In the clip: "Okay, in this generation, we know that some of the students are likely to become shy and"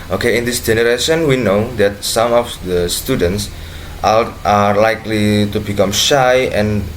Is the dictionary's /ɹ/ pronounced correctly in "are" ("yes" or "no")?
no